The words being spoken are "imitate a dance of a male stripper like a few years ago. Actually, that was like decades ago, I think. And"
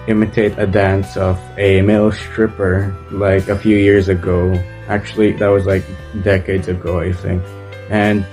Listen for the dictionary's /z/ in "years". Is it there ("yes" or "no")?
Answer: yes